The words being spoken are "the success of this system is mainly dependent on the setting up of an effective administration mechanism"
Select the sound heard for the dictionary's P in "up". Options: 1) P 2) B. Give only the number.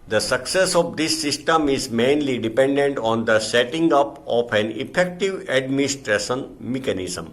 1